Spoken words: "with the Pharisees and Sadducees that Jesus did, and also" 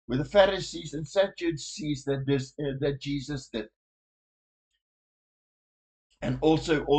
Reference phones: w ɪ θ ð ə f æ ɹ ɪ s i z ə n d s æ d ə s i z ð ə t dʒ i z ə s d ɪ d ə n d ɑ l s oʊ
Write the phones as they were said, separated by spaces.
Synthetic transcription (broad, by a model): w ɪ ð ə f æ ɹ ɪ s i z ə n s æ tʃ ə s i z ð ə t dʒ i z ə s d ɪ d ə n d ɑ l s oʊ